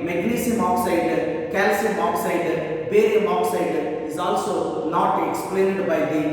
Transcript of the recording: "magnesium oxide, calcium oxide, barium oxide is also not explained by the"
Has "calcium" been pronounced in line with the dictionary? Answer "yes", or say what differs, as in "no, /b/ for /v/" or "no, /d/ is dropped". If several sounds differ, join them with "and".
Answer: yes